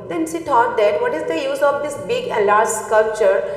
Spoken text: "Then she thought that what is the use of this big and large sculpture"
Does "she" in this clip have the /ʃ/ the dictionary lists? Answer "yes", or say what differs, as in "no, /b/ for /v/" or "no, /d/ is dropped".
no, /s/ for /ʃ/